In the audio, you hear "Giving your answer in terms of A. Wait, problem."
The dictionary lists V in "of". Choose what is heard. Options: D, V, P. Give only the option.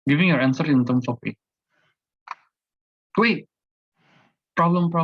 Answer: P